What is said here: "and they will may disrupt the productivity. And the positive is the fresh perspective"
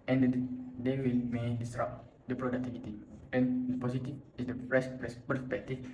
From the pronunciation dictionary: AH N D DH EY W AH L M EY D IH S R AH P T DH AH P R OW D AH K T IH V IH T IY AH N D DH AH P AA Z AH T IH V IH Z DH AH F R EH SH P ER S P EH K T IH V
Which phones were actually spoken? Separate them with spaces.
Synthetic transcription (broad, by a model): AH N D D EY W AH L M EY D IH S R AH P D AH P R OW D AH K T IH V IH T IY AH N D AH P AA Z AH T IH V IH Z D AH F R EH S P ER S P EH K T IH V